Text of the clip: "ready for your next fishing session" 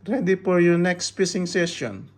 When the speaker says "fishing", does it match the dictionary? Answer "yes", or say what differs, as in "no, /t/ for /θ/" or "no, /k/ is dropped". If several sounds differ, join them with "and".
no, /p/ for /f/ and /s/ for /ʃ/